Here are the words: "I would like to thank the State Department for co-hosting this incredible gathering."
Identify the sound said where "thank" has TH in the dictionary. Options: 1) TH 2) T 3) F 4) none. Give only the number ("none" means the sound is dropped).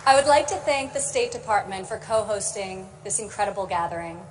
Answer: 1